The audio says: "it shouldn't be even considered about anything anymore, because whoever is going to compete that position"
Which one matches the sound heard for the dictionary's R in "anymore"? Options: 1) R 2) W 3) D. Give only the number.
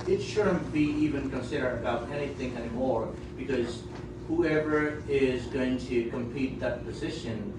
1